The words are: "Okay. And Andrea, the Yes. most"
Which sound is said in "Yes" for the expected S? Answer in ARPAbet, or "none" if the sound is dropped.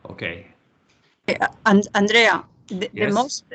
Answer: none